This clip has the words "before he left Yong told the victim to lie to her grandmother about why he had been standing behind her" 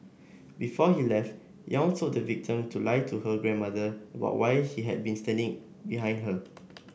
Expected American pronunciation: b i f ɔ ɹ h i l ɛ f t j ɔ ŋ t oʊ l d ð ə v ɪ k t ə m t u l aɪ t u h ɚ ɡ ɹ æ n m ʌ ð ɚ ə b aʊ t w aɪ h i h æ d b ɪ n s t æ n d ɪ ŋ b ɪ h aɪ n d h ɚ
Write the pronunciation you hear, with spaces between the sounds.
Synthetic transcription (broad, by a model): b i f ɔ h i l ɛ f t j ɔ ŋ s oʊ d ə v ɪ k t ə m t u l aɪ t u h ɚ ɡ ɹ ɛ n m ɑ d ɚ ə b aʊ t w aɪ h i h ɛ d b ɪ n s t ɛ n d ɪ ŋ b ɪ h aɪ n d h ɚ